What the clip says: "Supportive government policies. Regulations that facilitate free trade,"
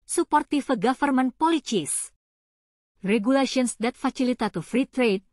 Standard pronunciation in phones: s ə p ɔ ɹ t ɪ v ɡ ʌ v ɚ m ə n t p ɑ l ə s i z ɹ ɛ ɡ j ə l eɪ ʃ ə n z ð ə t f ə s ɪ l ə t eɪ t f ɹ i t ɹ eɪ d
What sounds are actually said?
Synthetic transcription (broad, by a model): s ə p ɔ ɹ t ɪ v ɡ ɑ f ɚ m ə n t p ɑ l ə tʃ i s ɹ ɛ ɡ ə l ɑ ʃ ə n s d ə t f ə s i l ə t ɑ t f ɹ i t ɹ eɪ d